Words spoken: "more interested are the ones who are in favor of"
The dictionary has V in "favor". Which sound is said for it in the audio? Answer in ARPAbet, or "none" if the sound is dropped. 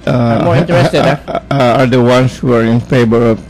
B